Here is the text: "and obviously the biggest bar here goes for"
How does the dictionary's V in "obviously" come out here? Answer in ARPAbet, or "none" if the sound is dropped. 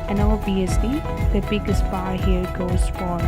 none